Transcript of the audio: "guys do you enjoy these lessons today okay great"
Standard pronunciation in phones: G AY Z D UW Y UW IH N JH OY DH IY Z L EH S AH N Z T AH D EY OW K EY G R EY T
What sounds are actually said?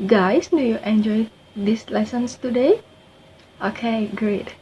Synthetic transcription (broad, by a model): G AY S D UW Y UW IH N JH OY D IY S L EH S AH N S T AH D EY OW K EY G R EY T